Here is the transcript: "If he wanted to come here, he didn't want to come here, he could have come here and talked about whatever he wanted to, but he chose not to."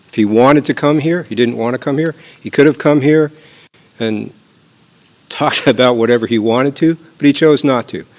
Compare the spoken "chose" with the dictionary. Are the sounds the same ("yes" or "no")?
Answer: yes